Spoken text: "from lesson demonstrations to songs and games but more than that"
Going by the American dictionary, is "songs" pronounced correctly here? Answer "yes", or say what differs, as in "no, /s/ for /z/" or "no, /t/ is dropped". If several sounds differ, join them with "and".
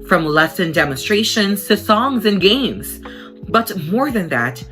yes